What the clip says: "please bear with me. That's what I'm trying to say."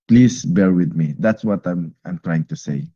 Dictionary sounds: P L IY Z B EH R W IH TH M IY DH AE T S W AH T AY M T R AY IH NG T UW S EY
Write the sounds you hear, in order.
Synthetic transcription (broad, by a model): P L IY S B EH R W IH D M IY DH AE T S W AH T AY M T R AY IH NG T UW S EY